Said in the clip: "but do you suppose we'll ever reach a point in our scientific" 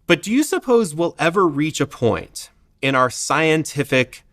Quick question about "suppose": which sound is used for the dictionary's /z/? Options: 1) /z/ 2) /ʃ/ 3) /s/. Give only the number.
1